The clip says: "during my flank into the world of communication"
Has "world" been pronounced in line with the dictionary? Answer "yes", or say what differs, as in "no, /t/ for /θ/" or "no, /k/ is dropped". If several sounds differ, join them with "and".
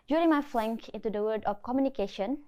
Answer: no, /l/ is dropped